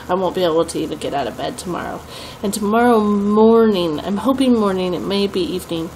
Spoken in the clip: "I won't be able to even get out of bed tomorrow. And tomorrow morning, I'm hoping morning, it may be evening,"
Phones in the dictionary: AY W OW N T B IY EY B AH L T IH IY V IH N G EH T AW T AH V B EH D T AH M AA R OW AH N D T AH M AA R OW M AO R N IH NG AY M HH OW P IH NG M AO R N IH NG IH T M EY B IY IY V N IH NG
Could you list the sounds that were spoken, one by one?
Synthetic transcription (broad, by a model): AY W OW N B IY EY B L T IH IY V IH N G EH T AW T AH V B EH D T AH M AA R OW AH N T AH M AA R OW M AO R N IH NG AY M HH OW P IH NG M AO R N IH NG IH T M EY B IY IY V N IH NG